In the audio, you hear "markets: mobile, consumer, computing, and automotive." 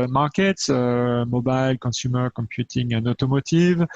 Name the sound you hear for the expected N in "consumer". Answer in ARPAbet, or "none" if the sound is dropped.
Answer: none